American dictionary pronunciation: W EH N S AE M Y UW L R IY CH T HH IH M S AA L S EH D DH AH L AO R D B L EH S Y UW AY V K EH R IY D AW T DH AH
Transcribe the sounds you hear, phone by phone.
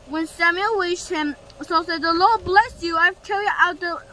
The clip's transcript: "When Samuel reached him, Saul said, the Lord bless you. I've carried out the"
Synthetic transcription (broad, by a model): W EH N S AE M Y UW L W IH SH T HH IH M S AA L S EH D DH AH L AO R D B L EH S Y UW AY V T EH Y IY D AW T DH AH